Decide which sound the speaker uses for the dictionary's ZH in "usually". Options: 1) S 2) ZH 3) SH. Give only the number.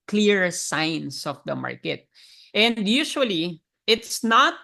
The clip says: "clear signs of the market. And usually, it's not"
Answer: 3